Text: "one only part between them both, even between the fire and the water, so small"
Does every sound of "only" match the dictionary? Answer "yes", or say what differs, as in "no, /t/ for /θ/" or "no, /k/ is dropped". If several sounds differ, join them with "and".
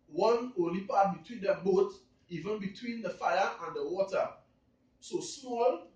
no, /n/ is dropped